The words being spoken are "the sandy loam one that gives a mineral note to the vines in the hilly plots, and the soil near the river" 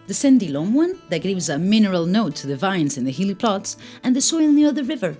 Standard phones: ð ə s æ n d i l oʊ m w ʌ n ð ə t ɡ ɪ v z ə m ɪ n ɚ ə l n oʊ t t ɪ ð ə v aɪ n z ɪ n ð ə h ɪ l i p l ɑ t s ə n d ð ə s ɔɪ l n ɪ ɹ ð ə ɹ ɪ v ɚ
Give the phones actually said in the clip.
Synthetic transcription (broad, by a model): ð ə s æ n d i l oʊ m w ʌ n ð ə t ɡ ɪ v z ə m ɪ n ɚ ə l n oʊ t t ɪ ð ə v aɪ n z ɪ n ð ə h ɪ l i p l ɑ t s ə n ð ə s ɔɪ l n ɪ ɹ ð ə ɹ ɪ v ɚ